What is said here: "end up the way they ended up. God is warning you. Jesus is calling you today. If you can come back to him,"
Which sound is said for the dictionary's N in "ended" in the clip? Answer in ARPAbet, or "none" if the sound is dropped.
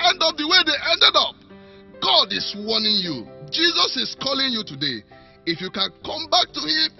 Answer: N